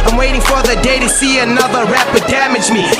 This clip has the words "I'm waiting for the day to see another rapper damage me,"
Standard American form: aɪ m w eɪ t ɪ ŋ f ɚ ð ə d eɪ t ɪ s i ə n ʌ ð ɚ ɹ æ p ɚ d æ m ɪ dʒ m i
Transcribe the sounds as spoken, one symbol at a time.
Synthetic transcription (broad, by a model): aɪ m w eɪ t ɪ ŋ f ɚ ð ə d eɪ t ɪ s i ə n ʌ ð ɚ ɹ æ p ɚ d æ m ɪ dʒ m i